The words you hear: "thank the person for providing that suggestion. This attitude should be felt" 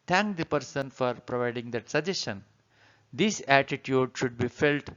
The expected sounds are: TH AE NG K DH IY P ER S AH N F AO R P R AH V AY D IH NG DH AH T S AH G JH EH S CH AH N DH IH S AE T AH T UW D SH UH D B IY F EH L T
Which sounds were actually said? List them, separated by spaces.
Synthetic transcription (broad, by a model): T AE NG K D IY P ER S AH N F AO R P R AH V AY D IH NG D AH T S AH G JH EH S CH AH N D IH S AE T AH T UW D SH UH D B IY F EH L T